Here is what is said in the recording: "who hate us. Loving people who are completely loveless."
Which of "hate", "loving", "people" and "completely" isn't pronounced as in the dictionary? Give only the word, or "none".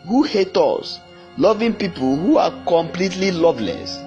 none